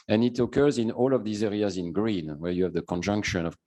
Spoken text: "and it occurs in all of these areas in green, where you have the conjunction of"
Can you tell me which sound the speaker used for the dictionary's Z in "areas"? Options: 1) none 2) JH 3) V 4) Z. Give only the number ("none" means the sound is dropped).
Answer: 4